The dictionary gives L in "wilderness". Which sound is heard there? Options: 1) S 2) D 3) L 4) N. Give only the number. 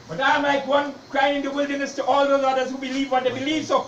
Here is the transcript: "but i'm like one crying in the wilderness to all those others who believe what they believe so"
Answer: 3